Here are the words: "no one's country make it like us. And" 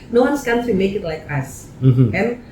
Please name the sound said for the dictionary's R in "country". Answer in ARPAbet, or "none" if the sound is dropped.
none